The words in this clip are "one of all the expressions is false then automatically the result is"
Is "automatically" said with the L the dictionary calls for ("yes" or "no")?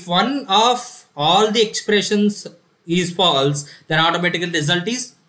no